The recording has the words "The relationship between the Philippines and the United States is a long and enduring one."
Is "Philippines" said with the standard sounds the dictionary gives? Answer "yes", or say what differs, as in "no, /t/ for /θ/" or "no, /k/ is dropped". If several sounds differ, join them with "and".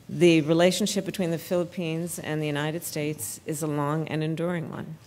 yes